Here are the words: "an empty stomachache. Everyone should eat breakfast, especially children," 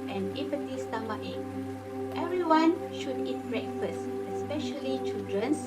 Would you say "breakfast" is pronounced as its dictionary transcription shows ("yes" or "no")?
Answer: no